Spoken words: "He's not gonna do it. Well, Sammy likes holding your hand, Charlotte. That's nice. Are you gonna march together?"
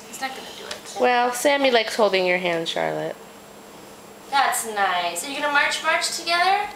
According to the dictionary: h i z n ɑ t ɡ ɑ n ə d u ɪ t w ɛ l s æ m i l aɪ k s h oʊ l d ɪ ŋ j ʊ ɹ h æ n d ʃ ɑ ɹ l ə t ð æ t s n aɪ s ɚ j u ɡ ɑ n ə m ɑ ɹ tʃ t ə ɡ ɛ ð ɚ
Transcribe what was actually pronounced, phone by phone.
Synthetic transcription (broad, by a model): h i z n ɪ t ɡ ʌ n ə d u ɪ t w ɛ l s æ m i l aɪ k s h oʊ l d ɪ ŋ j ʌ ɹ h æ n d ʃ ɑ ɹ l ə t ð æ t s n aɪ s ɚ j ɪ ɡ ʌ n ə m ɑ ɹ tʃ t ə ɡ ɛ ð ɚ